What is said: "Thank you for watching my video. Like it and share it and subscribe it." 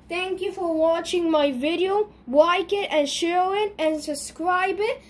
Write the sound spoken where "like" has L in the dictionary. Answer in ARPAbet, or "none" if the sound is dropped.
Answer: W